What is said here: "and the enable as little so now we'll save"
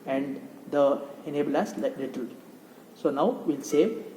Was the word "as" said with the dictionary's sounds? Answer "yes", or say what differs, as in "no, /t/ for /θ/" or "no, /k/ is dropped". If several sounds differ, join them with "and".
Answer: no, /s/ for /z/